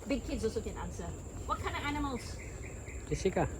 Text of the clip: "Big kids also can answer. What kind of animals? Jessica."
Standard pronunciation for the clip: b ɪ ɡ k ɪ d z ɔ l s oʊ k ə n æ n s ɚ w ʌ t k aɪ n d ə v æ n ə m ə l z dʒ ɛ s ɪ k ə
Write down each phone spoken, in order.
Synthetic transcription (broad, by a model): b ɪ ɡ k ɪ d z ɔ s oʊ k ə n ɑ n s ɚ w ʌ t k aɪ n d ə v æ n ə m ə l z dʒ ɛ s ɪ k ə